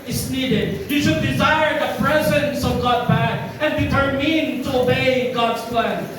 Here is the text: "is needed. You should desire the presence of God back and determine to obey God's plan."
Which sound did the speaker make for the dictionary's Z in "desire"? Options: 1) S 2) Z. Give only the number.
2